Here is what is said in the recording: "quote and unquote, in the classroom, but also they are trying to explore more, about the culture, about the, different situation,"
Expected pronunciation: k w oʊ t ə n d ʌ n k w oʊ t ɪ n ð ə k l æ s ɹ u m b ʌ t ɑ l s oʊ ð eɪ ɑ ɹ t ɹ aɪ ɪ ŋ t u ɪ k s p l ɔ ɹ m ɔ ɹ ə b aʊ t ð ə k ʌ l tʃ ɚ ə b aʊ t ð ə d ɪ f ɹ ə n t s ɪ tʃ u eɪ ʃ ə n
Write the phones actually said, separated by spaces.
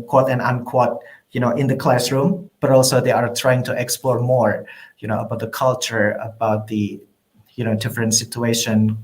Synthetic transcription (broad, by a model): k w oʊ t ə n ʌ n k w oʊ t ɪ n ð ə k l æ s ɹ u m b ʌ t ɑ l s oʊ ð eɪ ɑ ɹ t ɹ aɪ ɪ ŋ t u ɪ k s p l ɔ ɹ m ɔ ɹ ə b aʊ t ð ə k ʌ l tʃ ɚ ə b aʊ t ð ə d ɪ f ɹ ə n t s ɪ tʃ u eɪ ʃ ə n